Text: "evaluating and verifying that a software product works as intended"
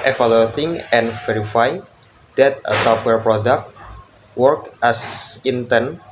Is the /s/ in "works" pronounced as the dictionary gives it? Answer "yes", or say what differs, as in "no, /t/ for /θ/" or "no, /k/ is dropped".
no, /s/ is dropped